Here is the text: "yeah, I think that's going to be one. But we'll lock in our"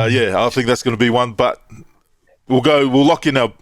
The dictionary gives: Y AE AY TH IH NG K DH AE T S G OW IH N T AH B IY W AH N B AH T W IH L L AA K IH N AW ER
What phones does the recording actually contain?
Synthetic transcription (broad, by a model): Y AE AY TH IH NG K DH AE T S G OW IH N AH B IY W AH N B AH T W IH L L AA K IH N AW